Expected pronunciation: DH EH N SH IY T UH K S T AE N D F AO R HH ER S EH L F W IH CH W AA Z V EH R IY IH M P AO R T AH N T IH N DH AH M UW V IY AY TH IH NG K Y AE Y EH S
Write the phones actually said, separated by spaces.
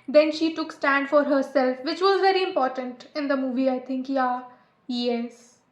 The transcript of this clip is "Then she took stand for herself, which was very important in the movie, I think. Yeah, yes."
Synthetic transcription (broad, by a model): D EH N SH IY T UH K S T AE N D F AO R HH ER S EH L F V IH CH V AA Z V EH R IY IH M P AO R T AH N T IH N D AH M UW V IY AY T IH NG K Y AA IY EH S